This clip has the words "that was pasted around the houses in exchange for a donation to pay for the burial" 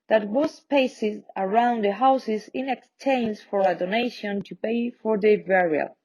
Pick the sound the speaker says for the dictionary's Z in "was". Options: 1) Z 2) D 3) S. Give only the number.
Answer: 3